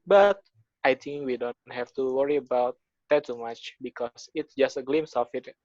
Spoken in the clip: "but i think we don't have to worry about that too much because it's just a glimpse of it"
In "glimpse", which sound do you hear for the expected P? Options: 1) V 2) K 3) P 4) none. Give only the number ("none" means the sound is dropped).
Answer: 4